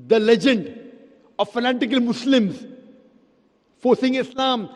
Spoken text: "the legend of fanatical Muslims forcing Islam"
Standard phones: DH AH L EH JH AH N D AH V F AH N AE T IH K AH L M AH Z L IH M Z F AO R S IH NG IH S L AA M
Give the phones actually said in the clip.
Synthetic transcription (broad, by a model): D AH L EH JH AH N D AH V F AH N AE T IH K AH L M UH S L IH M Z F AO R S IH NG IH S L AA M